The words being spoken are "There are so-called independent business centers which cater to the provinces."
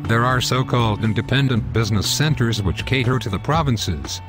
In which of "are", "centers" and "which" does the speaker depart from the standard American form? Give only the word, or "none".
none